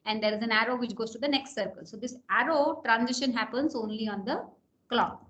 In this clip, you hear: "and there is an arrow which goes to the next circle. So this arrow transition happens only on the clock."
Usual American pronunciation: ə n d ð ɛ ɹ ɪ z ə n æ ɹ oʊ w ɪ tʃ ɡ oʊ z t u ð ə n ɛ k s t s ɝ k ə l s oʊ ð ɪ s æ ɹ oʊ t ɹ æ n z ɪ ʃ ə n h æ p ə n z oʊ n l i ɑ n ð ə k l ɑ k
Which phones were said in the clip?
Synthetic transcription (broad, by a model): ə n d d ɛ ɹ ɪ z ə n æ ɹ oʊ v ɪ tʃ ɡ oʊ z t u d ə n ɛ k s t s ɝ k ə l s oʊ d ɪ s æ ɹ oʊ t ɹ æ n z ɪ ʃ ə n h æ p ə n z oʊ n l i ɑ n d ə k l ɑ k